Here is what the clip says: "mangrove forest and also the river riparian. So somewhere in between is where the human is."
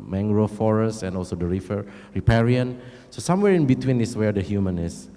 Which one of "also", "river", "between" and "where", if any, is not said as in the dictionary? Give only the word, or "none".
river